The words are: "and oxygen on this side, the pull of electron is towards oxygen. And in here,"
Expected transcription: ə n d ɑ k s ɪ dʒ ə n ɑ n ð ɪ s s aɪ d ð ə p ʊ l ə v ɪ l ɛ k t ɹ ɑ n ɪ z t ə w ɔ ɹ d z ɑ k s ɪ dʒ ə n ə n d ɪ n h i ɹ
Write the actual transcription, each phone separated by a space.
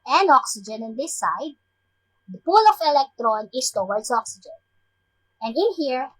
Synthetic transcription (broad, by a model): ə n ɑ k s ɪ dʒ ə n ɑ n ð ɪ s s aɪ d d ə p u l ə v ɪ l ɛ k t ɹ ɑ n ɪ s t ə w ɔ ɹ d s ɑ k s ɪ dʒ ə n ə n d ɪ n h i ɹ